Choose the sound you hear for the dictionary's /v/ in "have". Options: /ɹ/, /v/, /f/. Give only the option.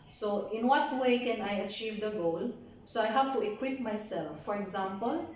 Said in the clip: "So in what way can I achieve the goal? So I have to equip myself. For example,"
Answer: /f/